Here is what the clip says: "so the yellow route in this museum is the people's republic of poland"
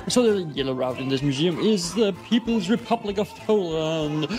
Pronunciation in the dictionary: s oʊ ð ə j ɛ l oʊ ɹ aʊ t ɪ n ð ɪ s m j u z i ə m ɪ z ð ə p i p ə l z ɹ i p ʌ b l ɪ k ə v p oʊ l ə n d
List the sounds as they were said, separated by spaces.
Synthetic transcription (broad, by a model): s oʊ ð ə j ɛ l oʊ ɹ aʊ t ɪ n ð ɪ s m j u z i ə m ɪ z ð ə p i p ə l z ɹ i p ʌ b l ɪ k ə v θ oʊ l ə n